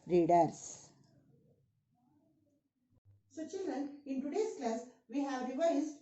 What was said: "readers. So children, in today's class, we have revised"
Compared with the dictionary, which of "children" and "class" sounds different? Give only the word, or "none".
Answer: none